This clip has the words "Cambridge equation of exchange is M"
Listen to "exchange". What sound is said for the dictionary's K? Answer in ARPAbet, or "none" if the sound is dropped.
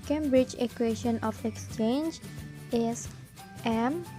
K